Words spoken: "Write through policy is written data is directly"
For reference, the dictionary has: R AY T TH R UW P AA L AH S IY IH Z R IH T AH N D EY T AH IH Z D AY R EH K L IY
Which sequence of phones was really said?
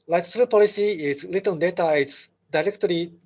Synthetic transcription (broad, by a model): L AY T T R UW P AA L AH S IY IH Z L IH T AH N D EY T AH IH S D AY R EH K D IY